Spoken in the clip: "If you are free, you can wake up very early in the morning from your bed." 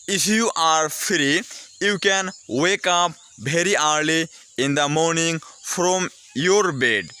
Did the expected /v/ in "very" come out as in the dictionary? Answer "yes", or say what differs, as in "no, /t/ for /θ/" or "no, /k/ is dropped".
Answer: no, /b/ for /v/